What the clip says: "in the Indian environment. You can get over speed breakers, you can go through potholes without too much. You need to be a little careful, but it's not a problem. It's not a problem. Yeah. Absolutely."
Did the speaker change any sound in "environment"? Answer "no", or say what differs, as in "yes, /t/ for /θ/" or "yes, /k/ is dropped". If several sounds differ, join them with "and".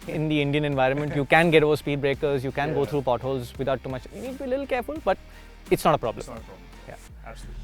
no